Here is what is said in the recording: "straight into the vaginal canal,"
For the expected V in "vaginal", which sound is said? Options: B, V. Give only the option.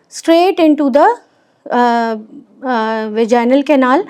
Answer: V